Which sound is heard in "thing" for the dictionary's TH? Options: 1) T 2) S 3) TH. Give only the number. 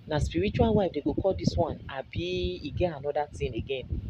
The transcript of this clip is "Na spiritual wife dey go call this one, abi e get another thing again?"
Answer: 1